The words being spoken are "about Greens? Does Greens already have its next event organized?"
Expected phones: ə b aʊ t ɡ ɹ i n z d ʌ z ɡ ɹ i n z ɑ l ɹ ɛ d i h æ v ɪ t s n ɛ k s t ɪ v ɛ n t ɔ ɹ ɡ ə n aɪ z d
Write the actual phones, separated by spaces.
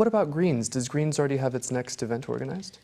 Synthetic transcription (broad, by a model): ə b aʊ t ɡ ɹ i n z d ʌ z ɡ ɹ i n z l ɹ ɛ d i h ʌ v ɪ t s n ɛ k s t ɪ v ɛ n t ɔ ɹ ɡ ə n aɪ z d